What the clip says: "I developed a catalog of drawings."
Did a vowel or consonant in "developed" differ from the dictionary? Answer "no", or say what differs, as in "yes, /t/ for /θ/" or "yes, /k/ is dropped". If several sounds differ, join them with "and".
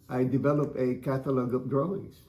yes, /t/ is dropped